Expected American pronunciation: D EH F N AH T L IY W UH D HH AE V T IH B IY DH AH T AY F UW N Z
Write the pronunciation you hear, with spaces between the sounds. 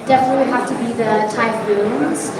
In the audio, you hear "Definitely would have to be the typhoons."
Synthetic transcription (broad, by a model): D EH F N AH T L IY HH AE F T IH B IY DH AH T AY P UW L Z